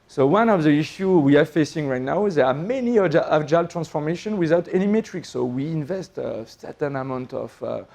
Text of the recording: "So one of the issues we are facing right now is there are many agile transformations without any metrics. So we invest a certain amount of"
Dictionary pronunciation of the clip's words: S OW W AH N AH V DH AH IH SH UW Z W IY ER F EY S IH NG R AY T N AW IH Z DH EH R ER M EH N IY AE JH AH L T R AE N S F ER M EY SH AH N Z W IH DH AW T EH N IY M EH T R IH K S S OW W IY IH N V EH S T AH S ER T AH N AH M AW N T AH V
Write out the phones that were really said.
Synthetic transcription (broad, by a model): S OW W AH N AH V DH AH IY SH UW W IY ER F EY S IH NG R AY T N AW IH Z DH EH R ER M EH N IY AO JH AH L T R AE N S F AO M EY SH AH N W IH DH AW T EH N IY M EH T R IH K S S OW W IY IH N V EH S T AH S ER T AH N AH M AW N T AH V